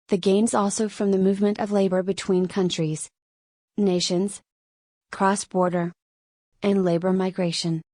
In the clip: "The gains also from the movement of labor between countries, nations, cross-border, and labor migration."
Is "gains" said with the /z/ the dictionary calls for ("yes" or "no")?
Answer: yes